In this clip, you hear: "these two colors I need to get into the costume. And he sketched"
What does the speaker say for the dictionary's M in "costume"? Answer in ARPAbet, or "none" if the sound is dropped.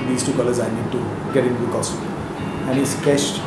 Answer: none